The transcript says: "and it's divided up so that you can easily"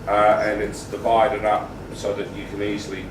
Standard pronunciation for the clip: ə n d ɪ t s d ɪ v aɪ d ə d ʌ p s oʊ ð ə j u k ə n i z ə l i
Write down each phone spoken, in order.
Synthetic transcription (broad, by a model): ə n ɪ t s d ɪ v aɪ d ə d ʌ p s oʊ ð ə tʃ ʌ k ə n i z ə l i